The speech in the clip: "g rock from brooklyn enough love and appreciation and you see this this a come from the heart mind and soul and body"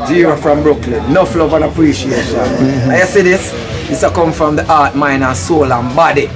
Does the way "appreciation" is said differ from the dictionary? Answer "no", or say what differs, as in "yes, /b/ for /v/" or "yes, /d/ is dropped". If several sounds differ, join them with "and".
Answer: no